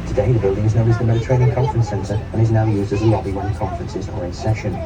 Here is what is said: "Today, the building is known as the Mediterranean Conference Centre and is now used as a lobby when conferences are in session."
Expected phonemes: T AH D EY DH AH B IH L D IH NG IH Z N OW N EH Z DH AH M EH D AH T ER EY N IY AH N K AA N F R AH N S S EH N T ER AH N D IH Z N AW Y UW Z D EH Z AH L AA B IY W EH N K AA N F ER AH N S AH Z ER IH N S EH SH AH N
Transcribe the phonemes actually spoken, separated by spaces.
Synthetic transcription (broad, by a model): T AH D EY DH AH B IH L D IH NG IH Z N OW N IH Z DH AH M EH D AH T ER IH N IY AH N K AA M F R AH N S S EH N T ER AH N IH Z N AW Y UW Z D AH Z AH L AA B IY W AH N K AA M F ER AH N S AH Z ER IH N S EH SH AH N